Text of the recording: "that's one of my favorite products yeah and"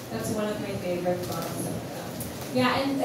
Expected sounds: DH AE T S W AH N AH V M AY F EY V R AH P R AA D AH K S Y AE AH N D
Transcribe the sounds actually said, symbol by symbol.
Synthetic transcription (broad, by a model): DH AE T S W AH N AH V M AY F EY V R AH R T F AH S Y AE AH N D